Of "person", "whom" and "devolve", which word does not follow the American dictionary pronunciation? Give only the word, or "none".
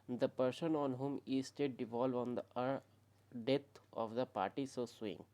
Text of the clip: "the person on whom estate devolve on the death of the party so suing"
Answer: none